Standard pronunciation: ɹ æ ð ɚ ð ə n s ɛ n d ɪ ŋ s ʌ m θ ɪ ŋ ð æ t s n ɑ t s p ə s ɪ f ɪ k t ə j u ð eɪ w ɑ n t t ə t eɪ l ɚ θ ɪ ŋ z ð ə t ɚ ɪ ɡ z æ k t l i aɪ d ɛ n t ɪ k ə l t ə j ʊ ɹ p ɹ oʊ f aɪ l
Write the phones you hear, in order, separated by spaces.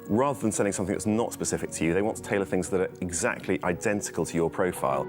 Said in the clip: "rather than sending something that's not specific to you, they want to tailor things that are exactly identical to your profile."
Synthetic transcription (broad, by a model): ɹ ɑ ð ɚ ð ə n s ɛ n d ɪ ŋ s ʌ m θ ɪ ŋ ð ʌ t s n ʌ t s p ə s ɪ f ɪ k t ə j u ð eɪ w ɑ n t t ə t eɪ l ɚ θ ɪ ŋ z ð ə t ɚ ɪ ɡ z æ k t l i aɪ d ɛ n t ɪ k ə l t ə j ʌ p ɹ oʊ f aɪ l